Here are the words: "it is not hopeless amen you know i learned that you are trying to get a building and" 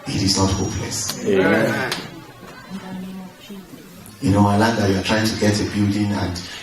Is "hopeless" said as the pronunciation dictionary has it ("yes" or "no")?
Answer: yes